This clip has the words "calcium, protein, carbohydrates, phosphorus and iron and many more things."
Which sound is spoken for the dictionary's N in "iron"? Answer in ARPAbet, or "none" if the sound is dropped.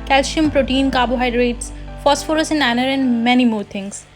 none